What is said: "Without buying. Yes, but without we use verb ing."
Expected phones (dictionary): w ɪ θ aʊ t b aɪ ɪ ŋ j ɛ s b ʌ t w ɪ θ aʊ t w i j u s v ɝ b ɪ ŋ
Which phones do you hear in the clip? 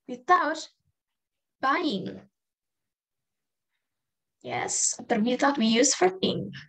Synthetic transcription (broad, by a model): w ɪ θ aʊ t b aɪ ɪ ŋ j ɛ s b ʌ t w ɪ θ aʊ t w i j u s f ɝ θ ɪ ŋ